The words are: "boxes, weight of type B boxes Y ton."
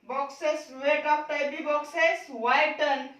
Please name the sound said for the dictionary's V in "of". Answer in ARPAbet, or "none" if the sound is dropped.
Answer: P